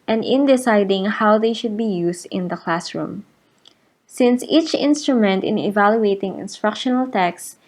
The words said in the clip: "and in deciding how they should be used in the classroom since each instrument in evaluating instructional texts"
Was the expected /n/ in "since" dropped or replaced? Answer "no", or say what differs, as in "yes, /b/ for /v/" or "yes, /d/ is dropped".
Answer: no